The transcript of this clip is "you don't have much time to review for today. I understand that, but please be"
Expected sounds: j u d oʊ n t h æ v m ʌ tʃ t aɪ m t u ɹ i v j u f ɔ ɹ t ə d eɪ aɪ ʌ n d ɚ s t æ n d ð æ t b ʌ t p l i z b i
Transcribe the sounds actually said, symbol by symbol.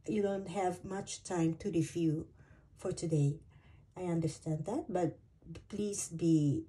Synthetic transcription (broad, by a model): j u d oʊ n t h æ v m ʌ tʃ t aɪ m t u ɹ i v j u f ɔ ɹ t ə d eɪ aɪ ʌ n d ɚ s t æ n d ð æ t b ʌ t p l i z b i